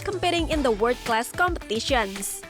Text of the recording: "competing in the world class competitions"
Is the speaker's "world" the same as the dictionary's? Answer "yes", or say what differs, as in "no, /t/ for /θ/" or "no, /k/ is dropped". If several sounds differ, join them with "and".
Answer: no, /l/ is dropped